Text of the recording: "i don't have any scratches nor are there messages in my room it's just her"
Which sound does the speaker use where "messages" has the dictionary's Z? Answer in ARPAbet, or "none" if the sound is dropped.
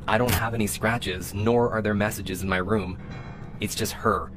Z